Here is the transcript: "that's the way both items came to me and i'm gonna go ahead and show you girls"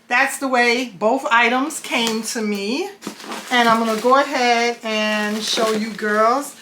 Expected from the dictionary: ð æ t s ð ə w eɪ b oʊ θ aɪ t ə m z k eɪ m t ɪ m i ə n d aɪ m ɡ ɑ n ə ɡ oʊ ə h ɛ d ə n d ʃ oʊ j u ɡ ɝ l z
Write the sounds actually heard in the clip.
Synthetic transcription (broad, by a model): ð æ t s ð ə w eɪ b oʊ θ aɪ t ə m z k eɪ m t ɪ m i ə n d aɪ m ɡ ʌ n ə ɡ oʊ ə h ɛ d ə n ʃ oʊ j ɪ ɡ ɝ l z